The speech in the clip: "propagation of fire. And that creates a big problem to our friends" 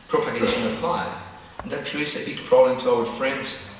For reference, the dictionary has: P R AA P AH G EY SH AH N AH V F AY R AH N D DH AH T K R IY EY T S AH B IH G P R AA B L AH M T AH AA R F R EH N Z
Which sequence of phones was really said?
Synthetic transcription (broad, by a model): P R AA P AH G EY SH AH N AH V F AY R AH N DH AH T K R IY EY T S AH B IH G P R AA B L AH M T AH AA L F R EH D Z